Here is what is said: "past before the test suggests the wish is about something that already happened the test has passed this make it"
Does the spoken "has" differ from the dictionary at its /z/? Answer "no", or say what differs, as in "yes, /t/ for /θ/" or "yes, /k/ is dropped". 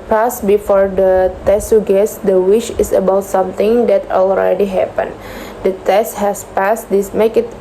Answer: yes, /s/ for /z/